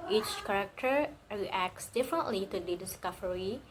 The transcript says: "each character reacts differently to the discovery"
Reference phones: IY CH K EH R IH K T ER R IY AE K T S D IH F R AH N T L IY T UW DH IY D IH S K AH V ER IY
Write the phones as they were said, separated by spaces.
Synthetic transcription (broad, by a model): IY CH K EH R IH K T ER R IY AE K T S D IH F R AH N T L IY T UW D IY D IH S K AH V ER IY